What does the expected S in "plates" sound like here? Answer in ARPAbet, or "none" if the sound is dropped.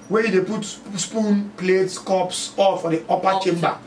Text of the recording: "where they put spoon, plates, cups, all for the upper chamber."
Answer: S